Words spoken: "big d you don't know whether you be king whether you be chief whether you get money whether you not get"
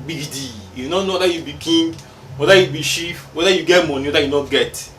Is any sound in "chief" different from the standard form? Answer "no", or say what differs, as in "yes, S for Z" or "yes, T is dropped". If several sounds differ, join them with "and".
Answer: yes, SH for CH